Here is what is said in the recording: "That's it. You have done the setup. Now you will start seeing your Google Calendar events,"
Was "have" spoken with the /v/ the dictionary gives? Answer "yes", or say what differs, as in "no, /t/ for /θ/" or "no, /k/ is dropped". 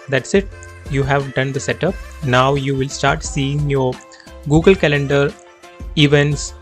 yes